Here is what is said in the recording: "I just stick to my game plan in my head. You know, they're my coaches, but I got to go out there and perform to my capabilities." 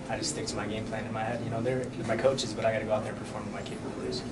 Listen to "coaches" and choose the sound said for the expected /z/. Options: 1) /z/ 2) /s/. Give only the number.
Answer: 1